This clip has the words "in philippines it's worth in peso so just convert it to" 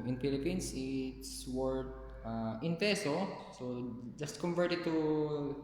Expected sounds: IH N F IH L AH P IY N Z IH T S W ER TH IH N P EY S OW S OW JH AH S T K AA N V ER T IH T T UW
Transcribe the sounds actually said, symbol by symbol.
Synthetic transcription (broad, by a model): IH N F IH L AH P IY N S IH T S W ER T IH N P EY S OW S OW JH AH S T K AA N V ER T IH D T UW